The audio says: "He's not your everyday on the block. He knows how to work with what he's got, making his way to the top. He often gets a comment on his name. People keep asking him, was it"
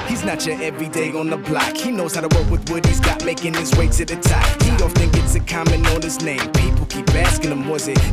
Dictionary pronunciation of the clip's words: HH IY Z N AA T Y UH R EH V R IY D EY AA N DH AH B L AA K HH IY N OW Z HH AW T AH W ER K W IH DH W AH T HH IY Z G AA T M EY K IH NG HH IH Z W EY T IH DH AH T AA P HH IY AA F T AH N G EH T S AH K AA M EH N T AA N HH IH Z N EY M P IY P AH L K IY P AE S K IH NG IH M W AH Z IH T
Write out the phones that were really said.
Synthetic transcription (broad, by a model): HH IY Z N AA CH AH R EH V R IY D EY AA N DH AH B L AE K HH IY N OW Z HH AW T AH W ER K W IH DH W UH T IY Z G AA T M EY K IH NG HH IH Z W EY S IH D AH T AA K HH IY AA F T AH N G EH T S AH K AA M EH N AA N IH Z N EY M P IY P L K IY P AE S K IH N IH M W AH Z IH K